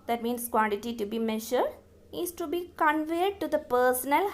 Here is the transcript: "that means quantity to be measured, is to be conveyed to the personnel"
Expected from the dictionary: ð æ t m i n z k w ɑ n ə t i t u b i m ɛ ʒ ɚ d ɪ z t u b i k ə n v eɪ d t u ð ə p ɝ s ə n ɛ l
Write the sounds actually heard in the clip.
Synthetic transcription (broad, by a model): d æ t m i n s k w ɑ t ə t i t u b i m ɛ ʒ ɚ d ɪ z t u b i k ə n v eɪ d t u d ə p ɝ s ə n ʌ l